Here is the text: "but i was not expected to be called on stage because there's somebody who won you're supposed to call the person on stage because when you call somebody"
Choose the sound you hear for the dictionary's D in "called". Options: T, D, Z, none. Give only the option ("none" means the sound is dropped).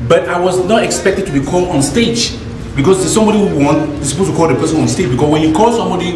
none